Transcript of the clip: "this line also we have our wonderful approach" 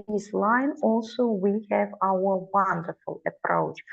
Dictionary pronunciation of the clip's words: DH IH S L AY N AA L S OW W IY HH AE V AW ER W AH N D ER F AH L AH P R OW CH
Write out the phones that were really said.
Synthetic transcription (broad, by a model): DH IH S L AY N AA L S OW W IY HH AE V AW ER W AH N D ER F AH L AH P R OW CH